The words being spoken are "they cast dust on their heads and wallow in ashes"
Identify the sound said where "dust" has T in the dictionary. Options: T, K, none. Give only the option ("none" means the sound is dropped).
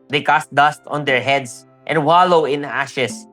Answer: T